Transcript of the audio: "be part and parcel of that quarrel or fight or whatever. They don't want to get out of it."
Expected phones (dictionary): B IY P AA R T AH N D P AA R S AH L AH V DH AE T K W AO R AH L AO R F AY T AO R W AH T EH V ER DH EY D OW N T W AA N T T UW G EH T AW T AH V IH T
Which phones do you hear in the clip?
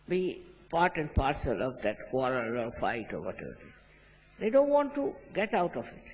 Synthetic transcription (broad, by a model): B IY P AA R T AH N D P AA R S AH L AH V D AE T K W AO R AH L AO R F AY T AO R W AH T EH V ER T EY D OW N T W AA N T T UW G EH T AW T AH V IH T